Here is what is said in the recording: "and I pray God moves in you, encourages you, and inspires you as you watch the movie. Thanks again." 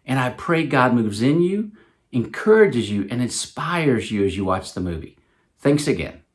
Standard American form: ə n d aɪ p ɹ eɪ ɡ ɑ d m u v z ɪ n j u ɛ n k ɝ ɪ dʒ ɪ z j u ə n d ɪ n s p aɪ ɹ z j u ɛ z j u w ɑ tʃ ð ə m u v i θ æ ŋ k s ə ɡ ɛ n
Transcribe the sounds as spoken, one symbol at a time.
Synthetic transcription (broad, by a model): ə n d aɪ p ɹ eɪ ɡ ɑ d m u v z ɪ n j u ɛ n k ɝ ɪ dʒ ɪ z j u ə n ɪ n s p aɪ ɹ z j u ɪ z j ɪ w ɑ tʃ ð ə m u v i θ æ ŋ k s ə ɡ ɛ n